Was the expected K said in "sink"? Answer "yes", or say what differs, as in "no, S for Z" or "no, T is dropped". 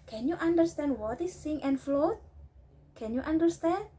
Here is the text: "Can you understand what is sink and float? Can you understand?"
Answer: no, K is dropped